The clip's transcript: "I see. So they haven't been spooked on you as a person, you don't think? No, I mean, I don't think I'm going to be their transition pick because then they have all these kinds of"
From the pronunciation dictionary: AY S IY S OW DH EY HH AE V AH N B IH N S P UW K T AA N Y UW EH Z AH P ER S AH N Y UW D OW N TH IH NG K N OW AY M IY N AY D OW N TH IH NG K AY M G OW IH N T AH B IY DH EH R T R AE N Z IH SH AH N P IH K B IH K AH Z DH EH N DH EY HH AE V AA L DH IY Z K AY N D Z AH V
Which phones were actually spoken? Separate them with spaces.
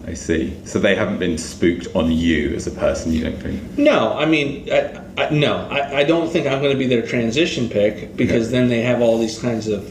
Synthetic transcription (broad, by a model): AY S IY S OW DH EY HH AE V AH N B IH N S P UW K T N Y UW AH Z AH P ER S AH N Y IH D OW N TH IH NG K N OW AY M IY N AY D OW N TH IH NG K AY M G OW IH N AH B IY DH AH R T R AE N Z IH SH AH N P IH K B IH K AH Z DH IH N DH EY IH V AA L DH IY Z K AY N D Z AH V